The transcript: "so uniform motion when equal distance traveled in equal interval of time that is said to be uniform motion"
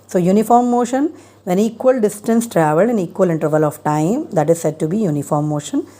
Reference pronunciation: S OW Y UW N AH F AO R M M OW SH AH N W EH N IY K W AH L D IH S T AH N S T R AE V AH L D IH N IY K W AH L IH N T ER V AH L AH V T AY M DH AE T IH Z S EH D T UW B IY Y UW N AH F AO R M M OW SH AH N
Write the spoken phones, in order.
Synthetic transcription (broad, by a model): S OW Y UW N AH F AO R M M OW SH AH N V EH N IY K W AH L D IH S T AH N S T R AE V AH L IH N IY K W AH L IH N T ER V AH L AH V T AY M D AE T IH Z S EH D T UW B IY Y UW N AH F AO R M M OW SH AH N